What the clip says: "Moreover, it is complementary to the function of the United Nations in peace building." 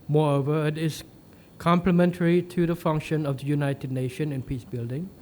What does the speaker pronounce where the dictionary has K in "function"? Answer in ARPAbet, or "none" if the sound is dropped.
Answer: K